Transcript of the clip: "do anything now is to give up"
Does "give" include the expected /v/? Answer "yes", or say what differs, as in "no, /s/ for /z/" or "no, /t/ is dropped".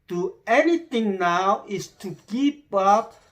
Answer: no, /p/ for /v/